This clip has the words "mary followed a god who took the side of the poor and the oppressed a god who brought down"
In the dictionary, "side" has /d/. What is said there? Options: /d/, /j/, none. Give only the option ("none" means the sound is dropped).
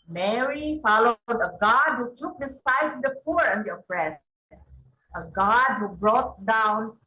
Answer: none